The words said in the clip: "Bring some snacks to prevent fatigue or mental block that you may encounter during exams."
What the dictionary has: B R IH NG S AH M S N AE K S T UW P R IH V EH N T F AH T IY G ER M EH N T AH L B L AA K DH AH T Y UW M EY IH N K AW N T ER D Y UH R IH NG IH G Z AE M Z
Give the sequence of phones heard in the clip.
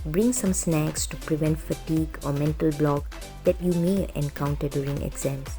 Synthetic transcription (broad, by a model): B R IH NG S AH M S N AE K S T UW P R IH V EH N T F AH T IY G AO M EH N T AH L B L AA K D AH T Y UW M EY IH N K AW N T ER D Y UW R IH NG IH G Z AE M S